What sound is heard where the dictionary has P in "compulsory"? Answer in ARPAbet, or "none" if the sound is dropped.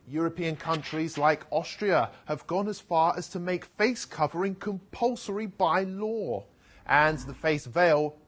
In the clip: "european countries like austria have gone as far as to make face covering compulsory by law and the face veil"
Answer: P